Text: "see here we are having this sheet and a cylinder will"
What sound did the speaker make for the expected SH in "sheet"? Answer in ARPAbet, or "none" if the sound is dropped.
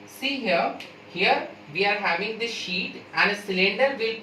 SH